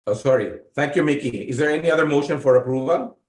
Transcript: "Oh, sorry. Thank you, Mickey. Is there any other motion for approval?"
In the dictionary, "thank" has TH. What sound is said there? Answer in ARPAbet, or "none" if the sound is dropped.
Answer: T